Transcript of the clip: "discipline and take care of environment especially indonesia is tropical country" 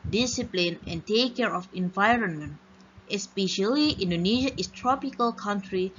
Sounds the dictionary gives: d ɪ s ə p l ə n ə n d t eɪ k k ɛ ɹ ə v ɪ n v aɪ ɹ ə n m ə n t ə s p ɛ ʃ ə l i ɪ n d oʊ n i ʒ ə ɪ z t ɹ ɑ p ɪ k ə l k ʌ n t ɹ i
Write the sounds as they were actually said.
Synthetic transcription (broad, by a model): d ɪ s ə p l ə n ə n t eɪ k k ɛ ɹ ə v ɪ n v aɪ ɹ ə n m ə n t ə s p ɛ ʃ ə l i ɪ n d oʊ n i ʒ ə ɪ s t ɹ ɑ p ɪ k ə l k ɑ n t ɹ i